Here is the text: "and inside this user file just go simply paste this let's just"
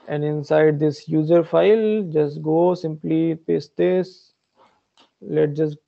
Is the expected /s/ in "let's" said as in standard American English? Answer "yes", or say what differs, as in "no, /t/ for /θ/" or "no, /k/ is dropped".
no, /s/ is dropped